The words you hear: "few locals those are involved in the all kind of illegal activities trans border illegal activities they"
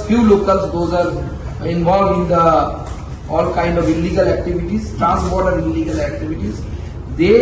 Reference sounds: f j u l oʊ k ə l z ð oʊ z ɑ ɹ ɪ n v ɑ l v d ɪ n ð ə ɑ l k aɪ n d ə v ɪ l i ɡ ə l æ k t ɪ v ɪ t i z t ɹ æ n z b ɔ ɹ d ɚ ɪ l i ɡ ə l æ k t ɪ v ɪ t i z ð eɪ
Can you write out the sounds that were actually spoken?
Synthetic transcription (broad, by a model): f j u l oʊ k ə l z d oʊ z ɑ ɹ ɪ n v ɑ l v d ɪ n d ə ɑ l k aɪ n d ə v ɪ l i ɡ ə l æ k t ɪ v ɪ t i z t ɹ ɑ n s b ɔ ɹ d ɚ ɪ l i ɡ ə l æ k t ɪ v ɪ t i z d eɪ